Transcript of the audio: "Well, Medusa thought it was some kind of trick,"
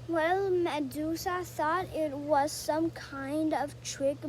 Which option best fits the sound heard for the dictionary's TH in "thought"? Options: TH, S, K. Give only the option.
S